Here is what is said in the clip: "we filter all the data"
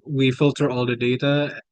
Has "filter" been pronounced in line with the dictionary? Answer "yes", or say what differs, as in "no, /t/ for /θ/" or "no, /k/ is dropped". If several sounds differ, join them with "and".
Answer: yes